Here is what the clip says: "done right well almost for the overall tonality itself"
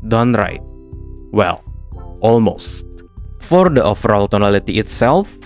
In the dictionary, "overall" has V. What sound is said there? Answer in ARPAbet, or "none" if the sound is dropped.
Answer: F